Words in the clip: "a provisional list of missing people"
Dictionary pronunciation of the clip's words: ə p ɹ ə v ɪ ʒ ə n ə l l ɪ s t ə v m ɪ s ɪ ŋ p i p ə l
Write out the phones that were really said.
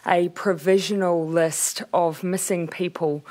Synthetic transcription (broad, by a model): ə p ɹ ə v ɪ ʒ ə n ə l l ɪ s t ə v m ɪ s ɪ ŋ p i p ə l